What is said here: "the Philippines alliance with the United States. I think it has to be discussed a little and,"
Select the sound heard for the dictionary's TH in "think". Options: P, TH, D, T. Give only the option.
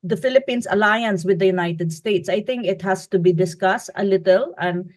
T